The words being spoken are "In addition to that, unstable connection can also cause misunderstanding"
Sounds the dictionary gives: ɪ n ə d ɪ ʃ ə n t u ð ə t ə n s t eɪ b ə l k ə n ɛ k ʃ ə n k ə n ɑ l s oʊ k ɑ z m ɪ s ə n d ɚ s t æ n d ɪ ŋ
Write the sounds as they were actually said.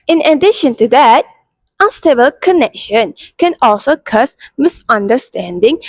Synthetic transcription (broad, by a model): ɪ n ə d ɪ ʃ ə n t u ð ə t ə s t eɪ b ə l k ə n ɛ k ʃ ə n k ə n ɑ l s oʊ k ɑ s m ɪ s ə n d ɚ s t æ n d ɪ ŋ